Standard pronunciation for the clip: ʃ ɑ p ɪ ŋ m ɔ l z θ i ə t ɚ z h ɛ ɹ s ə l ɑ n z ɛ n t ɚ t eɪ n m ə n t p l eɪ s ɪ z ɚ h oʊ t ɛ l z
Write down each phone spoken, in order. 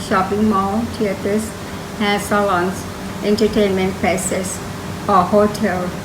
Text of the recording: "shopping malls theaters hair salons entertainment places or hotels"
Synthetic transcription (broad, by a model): ʃ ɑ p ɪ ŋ m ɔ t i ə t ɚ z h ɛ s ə l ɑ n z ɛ n t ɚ t eɪ n m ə n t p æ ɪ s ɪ s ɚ h oʊ t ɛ l